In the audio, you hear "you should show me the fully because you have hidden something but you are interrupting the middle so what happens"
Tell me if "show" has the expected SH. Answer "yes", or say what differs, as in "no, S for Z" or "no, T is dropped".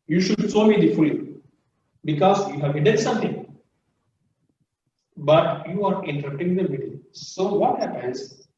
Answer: no, S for SH